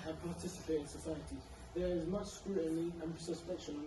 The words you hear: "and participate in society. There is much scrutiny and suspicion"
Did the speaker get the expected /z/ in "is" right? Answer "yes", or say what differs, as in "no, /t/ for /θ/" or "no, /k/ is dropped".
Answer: yes